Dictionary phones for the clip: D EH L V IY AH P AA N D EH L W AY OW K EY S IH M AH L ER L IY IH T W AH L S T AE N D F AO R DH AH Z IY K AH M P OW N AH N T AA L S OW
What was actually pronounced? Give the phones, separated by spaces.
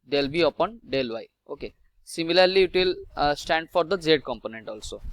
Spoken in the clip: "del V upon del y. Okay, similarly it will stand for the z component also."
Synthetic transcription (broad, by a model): D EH L B IY AH P AA N D EH L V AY OW K EY S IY M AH L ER L IY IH T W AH L S T AE N D F AO R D AH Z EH K AH M P OW N AH N T AA L S OW